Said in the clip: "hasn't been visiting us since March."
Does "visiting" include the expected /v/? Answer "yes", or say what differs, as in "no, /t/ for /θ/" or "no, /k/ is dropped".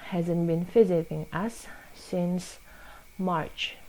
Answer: no, /f/ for /v/